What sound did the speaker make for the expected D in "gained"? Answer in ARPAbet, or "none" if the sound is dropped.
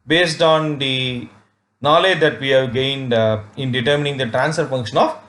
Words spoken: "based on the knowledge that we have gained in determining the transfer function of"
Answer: D